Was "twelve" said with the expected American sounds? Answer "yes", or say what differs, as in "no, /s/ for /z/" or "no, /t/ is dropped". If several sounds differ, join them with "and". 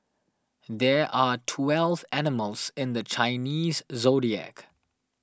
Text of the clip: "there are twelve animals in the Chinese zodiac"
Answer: yes